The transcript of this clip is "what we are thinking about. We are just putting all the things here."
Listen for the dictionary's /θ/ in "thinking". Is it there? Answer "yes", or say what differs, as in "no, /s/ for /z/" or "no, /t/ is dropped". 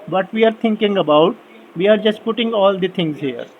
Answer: no, /t/ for /θ/